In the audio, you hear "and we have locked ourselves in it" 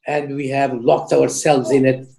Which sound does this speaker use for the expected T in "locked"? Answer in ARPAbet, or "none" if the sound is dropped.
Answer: T